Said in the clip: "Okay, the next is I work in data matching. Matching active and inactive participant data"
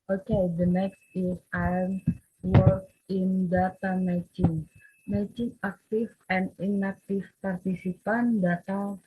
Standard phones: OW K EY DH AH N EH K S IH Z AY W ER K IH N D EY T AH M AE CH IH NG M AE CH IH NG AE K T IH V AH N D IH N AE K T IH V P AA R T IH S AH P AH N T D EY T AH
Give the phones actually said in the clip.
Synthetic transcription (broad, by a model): OW K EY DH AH N EH K S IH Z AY W ER K IH N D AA T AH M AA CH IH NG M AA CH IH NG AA K T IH F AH N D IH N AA K T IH F P AA R T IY S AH P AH N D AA T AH